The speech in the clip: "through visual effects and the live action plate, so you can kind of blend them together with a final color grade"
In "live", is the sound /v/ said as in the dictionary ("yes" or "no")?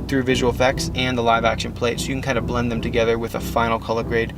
yes